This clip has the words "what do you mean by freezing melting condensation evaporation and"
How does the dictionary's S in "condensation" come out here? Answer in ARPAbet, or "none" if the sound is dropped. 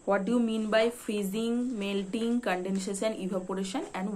SH